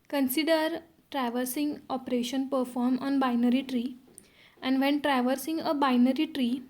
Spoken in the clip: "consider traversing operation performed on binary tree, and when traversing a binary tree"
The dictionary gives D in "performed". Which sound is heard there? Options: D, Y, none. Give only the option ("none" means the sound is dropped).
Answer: none